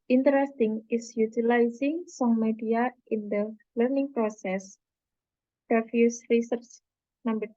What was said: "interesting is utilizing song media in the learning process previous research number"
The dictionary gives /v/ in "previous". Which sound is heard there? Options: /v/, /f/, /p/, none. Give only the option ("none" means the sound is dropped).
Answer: /f/